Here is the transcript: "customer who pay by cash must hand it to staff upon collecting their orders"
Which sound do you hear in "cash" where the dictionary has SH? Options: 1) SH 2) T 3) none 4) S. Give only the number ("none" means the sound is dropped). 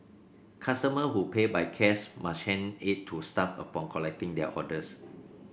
4